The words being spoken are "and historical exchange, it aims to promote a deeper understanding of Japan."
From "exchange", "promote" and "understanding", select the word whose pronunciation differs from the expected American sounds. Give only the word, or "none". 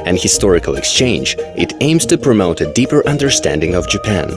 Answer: none